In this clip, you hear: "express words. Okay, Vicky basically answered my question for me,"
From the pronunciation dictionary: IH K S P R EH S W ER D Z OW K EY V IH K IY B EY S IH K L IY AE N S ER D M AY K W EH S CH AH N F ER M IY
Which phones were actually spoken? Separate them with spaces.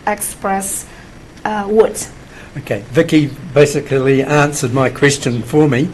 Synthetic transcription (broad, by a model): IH K S P R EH S W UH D OW K EY V IH K IY B EY S IH K L IY AE N S ER D M AY K W EH S CH AH N F ER M IY